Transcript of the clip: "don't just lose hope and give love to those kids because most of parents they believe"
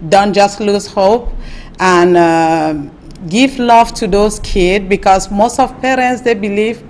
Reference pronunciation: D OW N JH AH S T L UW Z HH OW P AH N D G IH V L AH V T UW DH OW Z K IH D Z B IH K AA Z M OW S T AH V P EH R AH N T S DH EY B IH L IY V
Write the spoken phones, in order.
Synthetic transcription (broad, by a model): D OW N JH AH S T L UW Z HH OW P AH N G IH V L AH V T UW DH OW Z K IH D B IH K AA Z M OW S T AH V P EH R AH N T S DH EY B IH L IY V